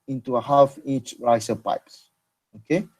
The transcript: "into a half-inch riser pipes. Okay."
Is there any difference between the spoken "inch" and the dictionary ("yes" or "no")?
yes